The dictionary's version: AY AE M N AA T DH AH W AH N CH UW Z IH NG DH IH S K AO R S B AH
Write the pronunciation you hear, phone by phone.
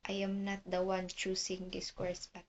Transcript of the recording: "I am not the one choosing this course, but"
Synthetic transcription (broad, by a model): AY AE M N AA T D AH W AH N CH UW S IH NG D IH S K AO R S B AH